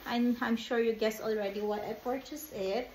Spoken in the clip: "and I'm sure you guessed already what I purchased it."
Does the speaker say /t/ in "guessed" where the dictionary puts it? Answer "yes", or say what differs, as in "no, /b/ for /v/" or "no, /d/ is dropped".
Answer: no, /t/ is dropped